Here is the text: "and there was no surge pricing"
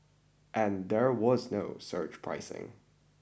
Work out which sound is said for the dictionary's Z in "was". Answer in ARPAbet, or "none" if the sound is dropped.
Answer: Z